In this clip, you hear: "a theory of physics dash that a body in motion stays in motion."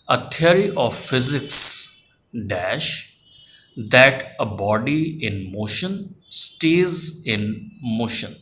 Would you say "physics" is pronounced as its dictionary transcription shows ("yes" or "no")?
yes